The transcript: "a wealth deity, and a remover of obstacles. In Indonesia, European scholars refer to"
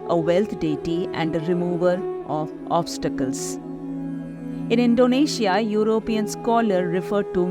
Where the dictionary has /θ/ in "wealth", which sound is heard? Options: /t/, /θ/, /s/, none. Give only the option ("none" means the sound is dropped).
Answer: /t/